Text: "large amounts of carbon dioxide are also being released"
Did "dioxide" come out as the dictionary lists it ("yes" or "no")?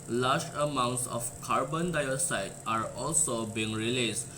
no